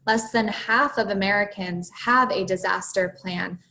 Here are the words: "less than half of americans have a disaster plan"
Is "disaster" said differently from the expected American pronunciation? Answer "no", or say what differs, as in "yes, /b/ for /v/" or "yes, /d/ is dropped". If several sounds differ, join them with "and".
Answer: no